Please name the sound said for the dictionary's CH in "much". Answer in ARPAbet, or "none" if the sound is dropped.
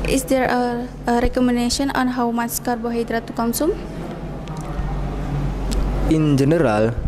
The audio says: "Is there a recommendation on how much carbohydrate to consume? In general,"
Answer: S